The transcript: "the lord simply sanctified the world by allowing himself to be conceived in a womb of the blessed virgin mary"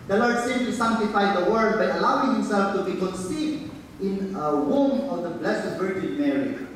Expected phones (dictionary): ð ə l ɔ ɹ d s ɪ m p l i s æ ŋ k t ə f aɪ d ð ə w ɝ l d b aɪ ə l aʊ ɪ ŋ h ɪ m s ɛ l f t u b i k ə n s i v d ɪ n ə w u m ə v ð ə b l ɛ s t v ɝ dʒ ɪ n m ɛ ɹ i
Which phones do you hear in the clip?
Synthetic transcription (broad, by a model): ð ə l ɔ ɹ d s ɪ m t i s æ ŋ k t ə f aɪ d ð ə w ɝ d b aɪ ə l aʊ ɪ ŋ h ɪ m s ɛ l f t u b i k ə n s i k ɪ n ə w u m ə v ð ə b l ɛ s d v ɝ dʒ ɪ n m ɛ ɹ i